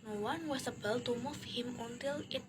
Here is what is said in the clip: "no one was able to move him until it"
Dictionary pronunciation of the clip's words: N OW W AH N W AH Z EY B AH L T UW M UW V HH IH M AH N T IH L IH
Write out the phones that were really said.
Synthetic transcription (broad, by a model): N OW W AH N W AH S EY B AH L T UW M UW F HH IH M AH N T IH L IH